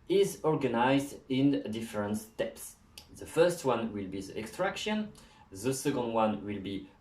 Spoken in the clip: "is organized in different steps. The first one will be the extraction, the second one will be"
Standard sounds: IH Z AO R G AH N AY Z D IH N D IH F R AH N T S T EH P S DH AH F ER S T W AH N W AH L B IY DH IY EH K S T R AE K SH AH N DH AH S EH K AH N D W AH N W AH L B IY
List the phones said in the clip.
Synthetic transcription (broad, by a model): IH Z AO R G AH N AY Z D IH N D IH F R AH N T S T EH P S DH AH F ER S T W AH N W AH L B IY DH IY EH K S T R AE K SH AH N DH AH S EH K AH N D W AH N W AH L B IY